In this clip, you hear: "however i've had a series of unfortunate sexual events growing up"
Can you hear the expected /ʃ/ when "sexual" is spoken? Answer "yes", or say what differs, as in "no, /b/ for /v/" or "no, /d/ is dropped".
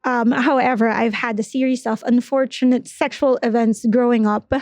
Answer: yes